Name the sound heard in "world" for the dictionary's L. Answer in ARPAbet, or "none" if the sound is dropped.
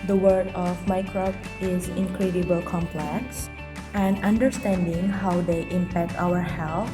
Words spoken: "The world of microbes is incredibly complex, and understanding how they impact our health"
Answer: none